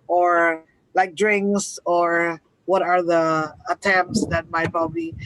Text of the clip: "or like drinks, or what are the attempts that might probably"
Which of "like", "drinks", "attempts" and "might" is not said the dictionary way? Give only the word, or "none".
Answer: none